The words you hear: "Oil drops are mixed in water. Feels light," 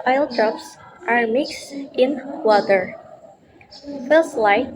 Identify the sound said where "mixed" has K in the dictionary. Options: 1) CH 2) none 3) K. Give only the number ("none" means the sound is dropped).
3